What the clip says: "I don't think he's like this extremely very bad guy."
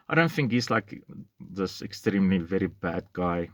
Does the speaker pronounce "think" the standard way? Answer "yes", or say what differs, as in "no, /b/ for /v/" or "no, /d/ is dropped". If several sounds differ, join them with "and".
yes